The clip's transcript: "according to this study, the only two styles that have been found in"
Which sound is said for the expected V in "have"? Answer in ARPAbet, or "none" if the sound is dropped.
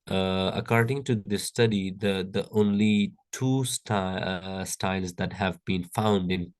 V